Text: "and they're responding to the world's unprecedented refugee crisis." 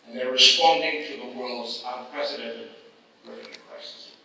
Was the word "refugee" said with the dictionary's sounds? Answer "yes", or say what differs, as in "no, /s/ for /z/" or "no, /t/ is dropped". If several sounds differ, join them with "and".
no, /dʒ/ is dropped